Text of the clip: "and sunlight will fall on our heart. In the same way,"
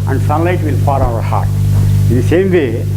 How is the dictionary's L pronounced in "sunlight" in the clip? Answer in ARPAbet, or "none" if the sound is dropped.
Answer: L